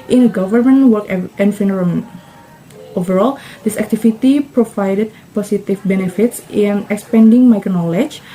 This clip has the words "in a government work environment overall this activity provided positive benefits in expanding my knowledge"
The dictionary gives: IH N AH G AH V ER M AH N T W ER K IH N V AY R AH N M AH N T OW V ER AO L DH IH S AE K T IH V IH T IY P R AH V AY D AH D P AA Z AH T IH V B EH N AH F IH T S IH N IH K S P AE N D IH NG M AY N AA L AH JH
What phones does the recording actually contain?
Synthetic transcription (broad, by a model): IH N AH G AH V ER M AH N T W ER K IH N F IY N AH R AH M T OW V ER AO L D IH S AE K T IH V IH T IY P R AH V AY D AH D P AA S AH T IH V B EH N AH F IH T S IH N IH K S P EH N D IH NG M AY N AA L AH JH